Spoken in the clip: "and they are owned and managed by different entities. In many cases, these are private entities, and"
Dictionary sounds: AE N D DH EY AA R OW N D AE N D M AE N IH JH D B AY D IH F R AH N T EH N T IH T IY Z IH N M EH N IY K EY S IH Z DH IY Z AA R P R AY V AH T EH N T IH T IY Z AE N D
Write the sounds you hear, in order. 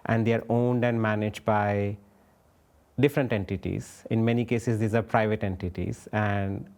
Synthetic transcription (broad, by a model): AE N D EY AA R OW N D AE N D M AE N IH JH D B AY D IH F R AH N T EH N T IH T IY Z IH N M EH N IY K EY S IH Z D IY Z AA R P R AY V AH T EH N T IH T IY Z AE N D